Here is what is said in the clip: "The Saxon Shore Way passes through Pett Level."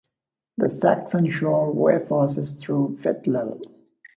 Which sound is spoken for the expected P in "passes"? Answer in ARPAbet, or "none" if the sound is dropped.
F